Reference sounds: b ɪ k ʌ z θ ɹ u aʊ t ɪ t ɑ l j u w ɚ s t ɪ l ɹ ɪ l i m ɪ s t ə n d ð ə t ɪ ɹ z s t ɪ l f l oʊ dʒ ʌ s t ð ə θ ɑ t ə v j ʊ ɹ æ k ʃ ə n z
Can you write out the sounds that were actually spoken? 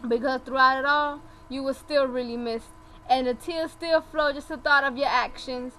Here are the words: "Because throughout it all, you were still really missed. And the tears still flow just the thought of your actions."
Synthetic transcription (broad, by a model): b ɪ k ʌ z θ ɹ u aʊ t ɪ t ɑ l j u w ɚ s t ɪ l ɹ ɪ l i m ɪ s t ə n ð ə t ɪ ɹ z s t ɪ l f l oʊ dʒ ʌ s t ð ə θ ɑ t ə v j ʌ ɹ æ k ʃ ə n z